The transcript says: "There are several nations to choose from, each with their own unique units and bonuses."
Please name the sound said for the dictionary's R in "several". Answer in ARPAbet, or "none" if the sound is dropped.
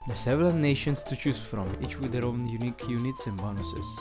none